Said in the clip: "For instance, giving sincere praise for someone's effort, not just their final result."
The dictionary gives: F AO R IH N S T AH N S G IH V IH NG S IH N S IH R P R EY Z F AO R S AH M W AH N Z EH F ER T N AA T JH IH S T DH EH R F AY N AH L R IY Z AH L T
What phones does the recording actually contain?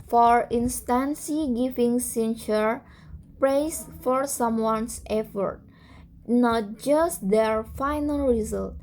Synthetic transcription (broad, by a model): F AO R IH N S T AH N S G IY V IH NG S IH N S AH R P R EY S F AO R S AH M W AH N S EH F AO T N AA T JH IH S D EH R F AY N AH L R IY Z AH L T